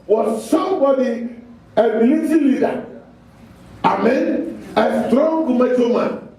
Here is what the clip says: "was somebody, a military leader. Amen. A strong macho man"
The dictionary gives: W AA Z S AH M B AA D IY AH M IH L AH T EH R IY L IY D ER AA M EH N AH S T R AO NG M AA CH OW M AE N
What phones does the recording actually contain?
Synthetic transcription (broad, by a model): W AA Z S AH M B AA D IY AH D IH L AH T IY L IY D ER AA M EH N AH S T R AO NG M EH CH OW M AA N